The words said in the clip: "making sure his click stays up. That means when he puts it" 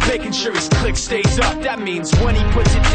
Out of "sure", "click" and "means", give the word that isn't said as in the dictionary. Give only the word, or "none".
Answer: none